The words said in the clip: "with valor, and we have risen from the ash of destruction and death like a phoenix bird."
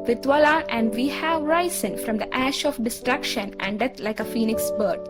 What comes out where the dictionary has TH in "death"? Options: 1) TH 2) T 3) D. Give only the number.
2